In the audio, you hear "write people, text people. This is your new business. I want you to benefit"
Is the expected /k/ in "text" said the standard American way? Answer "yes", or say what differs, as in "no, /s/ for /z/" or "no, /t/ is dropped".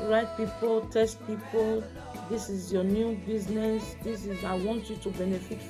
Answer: no, /k/ is dropped